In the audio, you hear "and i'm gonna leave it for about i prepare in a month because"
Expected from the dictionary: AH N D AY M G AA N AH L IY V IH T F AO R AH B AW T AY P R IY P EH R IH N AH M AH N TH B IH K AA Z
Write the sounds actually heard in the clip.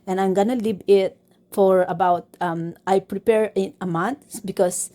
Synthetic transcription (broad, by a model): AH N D AY M G AA N AH L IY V IH T F AO R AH B AW T AY P R IY P EH R IH N AH M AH N T B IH K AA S